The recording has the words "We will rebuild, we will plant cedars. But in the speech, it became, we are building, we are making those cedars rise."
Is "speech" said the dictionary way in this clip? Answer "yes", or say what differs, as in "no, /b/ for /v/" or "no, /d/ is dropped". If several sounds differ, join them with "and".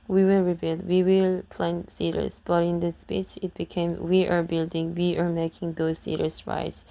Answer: no, /s/ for /tʃ/